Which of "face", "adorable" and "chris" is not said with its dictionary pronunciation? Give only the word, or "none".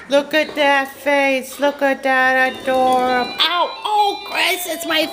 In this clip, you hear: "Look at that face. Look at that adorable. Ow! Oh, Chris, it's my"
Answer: adorable